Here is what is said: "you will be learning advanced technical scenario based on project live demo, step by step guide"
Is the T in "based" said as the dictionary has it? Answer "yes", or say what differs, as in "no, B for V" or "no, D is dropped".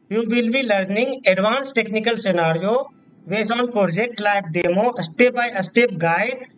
no, T is dropped